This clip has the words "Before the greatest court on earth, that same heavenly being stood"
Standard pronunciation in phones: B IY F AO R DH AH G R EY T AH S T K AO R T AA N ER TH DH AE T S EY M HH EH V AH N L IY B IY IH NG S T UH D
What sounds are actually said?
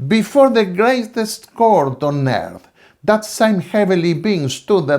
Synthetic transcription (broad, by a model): B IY F AO R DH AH G R EY T AH S T K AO R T AA N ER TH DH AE T S EY M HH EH V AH L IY B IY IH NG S T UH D